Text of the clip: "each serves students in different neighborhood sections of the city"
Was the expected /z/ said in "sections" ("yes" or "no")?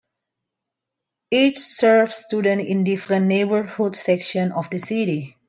no